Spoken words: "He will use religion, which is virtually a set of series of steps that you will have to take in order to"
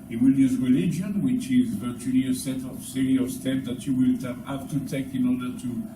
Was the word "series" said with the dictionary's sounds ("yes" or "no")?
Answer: no